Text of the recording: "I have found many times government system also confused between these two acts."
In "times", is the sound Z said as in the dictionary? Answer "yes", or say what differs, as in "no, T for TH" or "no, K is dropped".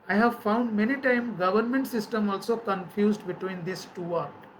no, Z is dropped